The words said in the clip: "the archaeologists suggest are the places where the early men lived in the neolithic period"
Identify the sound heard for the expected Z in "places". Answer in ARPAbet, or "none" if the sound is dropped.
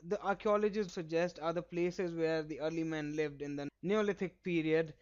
Z